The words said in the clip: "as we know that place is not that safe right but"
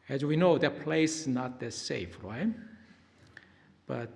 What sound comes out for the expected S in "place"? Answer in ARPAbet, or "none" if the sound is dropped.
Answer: none